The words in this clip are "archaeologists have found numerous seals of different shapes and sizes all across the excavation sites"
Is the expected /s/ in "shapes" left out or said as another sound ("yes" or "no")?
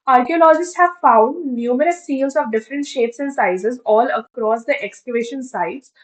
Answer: no